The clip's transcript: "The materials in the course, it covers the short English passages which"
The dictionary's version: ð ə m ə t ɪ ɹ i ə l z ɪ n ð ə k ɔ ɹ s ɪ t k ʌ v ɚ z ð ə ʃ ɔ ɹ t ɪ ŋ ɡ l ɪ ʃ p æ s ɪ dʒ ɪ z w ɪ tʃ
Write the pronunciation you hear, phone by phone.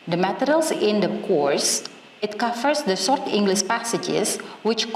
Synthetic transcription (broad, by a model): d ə m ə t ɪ ɹ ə l s ɪ n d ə k ɔ ɹ s ɪ t k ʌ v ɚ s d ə s ɔ ɹ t ɪ ŋ ɡ l ɪ ʃ p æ s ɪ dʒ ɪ s w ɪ tʃ